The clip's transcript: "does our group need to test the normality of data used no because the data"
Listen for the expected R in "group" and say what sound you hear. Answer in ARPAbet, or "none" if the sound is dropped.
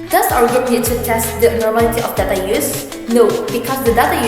none